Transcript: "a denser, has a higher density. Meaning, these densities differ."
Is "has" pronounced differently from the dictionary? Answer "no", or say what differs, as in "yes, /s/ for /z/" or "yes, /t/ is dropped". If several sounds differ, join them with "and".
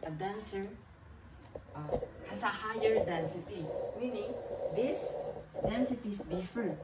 yes, /s/ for /z/